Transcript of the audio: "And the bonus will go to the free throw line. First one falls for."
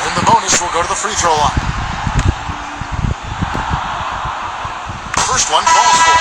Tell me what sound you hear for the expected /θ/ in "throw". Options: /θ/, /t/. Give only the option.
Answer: /t/